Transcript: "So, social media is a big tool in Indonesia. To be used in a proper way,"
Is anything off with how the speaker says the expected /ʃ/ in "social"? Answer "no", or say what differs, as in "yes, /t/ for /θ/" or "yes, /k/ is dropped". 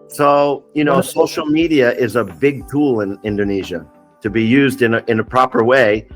yes, /s/ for /ʃ/